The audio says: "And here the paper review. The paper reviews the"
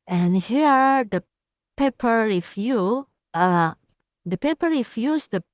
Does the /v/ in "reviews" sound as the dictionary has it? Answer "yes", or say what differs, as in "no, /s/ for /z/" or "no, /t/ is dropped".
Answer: no, /f/ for /v/